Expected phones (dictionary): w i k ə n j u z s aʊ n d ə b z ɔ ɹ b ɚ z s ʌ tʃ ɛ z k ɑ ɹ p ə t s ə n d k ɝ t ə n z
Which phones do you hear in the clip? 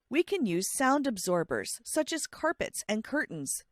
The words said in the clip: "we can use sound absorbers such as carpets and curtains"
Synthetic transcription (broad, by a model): w i k ə n j u z s aʊ n d ə b z ɔ ɹ b ɚ z s ʌ tʃ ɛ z k ɑ ɹ p ə t s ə n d k ɝ t n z